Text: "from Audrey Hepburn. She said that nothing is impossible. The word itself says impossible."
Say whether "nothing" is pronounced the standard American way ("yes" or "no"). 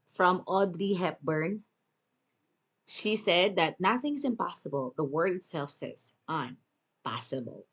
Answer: yes